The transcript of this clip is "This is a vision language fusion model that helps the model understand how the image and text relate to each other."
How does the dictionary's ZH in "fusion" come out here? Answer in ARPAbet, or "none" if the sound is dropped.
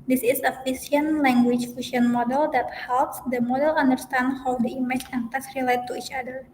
S